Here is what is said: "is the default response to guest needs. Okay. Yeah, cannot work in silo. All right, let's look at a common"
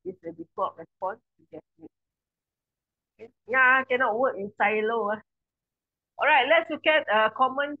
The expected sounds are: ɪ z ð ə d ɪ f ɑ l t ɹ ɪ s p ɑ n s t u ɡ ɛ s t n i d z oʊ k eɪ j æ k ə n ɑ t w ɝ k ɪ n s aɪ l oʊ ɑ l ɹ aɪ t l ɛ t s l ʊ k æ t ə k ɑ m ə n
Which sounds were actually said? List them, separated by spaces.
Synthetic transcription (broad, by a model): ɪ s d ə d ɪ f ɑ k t ɹ ɪ s p ɑ n s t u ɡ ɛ t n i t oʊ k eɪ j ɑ k ə n ɑ t w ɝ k ɪ n s aɪ l oʊ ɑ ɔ ɹ aɪ t l ɛ t s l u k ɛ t ə k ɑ m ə n